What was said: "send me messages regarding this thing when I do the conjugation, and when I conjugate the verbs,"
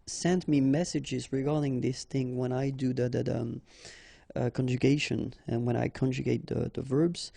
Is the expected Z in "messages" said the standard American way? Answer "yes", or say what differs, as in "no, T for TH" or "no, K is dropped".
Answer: yes